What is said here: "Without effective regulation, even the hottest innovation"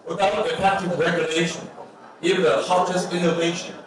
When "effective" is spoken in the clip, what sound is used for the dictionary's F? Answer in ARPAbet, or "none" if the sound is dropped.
P